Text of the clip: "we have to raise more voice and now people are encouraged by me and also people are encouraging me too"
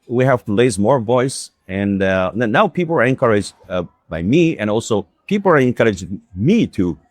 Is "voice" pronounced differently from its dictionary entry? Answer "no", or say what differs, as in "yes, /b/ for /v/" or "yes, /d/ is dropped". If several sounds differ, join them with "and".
no